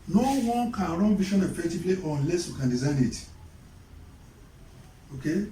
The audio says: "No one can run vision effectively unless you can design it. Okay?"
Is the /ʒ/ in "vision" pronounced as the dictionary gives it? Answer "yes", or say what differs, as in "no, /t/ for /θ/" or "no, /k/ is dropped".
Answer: no, /ʃ/ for /ʒ/